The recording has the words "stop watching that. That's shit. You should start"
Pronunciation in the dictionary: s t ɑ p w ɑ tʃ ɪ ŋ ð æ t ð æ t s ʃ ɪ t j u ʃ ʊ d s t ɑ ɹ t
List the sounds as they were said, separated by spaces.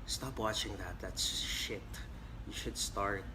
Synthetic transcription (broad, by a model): s t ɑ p w ɑ tʃ ɪ ŋ ð æ t ð æ t s ʃ ɪ t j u ʃ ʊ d s t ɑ ɹ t